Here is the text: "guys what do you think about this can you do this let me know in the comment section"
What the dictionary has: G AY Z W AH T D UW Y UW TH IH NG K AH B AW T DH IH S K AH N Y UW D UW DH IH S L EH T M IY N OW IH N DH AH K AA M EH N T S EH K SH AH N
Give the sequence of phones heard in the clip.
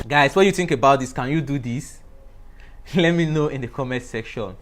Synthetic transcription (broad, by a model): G AY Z W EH Y UW TH IH NG K AH B AW T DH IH S K AH N Y UW D UW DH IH S L EH T M IY N OW IH N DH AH K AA M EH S EH K SH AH N